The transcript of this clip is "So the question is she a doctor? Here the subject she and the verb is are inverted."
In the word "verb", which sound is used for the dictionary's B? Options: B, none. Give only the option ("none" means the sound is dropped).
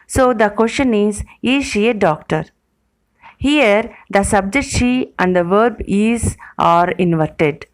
B